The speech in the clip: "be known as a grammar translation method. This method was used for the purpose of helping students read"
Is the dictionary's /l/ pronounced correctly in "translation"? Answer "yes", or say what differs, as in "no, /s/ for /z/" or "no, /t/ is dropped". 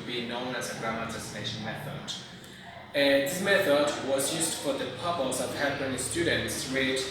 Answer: no, /n/ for /l/